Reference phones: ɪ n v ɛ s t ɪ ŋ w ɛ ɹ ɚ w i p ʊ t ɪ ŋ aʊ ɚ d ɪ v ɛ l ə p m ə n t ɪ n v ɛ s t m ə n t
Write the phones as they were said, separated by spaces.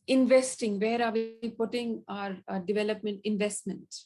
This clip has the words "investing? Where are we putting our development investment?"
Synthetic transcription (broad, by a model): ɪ n v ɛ s t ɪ ŋ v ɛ ɹ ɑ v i p ʊ t ɪ ŋ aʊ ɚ d ɪ v ɛ l ə p m ə n t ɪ n v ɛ s t m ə n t